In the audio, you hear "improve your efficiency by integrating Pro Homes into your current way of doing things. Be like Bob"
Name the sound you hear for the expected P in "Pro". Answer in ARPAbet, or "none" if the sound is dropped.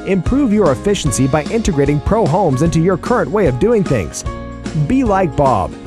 P